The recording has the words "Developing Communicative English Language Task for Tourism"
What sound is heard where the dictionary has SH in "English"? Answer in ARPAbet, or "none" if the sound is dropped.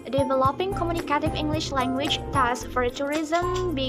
SH